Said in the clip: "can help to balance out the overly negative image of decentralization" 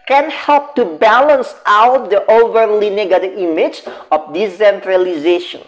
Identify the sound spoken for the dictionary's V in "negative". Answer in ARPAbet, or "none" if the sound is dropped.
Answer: none